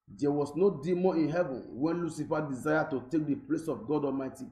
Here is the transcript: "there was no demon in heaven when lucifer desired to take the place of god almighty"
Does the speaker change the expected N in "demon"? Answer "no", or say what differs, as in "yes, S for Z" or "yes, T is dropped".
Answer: yes, N is dropped